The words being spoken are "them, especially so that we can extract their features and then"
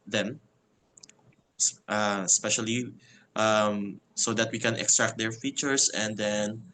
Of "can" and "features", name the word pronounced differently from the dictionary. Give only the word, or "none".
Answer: features